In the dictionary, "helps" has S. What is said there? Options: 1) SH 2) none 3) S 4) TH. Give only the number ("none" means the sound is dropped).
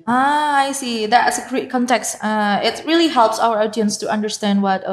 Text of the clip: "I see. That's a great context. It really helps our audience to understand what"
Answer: 3